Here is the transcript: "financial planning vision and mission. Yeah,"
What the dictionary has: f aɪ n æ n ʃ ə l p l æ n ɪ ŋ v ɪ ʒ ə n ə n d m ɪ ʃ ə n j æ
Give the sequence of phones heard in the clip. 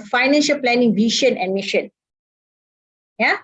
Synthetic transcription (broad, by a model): f aɪ n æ n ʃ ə l p l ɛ n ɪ ŋ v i ʃ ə n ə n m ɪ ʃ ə n j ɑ